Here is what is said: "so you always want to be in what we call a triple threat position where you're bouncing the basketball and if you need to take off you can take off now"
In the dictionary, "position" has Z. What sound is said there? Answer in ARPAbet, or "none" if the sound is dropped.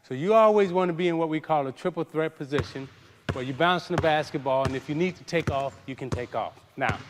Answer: Z